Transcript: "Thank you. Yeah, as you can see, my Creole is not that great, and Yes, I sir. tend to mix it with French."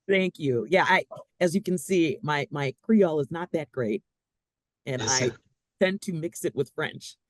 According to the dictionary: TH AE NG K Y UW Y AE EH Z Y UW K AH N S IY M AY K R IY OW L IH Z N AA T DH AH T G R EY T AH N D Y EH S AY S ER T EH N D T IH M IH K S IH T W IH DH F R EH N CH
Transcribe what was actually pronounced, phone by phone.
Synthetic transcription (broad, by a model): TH AE NG K Y UW Y AE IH Z Y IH K AH N S IY M AY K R IY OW L IH Z N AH T DH AH T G R EY T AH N AY T EH N T IH M IH K S IH T W IH DH F R EH N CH